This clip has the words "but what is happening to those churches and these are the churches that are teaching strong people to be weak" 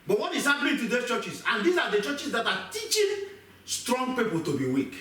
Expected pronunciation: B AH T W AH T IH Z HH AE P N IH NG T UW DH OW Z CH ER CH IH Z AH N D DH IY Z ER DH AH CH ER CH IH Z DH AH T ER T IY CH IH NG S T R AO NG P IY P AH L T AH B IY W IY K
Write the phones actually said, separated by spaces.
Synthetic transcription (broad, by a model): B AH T W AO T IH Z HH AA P L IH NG T UW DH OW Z CH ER CH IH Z AH N D IY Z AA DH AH CH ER CH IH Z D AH T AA T IY CH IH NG S T R AO NG P IY P AH L T AH B IY W IY K